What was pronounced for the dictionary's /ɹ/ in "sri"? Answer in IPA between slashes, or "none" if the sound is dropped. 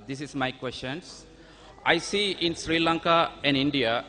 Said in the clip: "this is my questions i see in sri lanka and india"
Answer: /ɹ/